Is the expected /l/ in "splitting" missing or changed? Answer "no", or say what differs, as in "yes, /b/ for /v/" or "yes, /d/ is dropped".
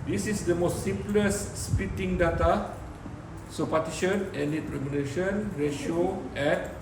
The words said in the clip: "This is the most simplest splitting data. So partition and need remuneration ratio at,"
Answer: yes, /l/ is dropped